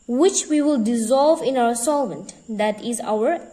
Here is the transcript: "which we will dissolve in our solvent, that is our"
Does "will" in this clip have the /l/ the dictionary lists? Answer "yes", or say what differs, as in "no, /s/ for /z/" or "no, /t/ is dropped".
yes